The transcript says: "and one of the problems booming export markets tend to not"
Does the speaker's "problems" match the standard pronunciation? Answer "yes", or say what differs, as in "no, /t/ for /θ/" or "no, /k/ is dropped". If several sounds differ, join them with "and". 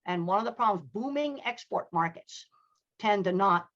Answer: yes